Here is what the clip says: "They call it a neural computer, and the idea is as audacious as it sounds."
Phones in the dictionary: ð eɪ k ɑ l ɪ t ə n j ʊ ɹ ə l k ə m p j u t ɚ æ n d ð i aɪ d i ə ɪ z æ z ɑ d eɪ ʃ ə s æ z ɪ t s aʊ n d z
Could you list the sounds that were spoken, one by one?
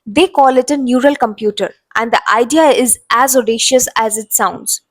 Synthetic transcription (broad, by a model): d eɪ k ɑ l ɪ t ə n j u ɹ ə l k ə m p j u t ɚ æ n d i aɪ d i ə ɪ z æ z ɑ d eɪ ʃ ə s æ z ɪ t s aʊ n d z